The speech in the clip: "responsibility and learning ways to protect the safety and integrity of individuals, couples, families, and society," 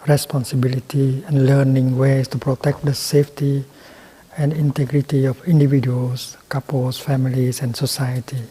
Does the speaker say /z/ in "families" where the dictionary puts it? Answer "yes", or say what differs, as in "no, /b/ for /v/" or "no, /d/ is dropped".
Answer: no, /s/ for /z/